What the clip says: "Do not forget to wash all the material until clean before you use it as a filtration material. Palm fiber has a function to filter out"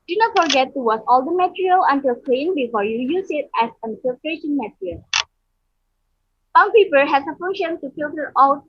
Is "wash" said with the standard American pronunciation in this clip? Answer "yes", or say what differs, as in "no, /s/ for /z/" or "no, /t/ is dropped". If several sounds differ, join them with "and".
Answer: no, /s/ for /ʃ/